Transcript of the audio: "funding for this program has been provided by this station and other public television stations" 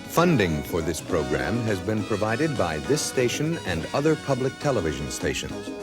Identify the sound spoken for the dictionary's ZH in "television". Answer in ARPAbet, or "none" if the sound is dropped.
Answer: ZH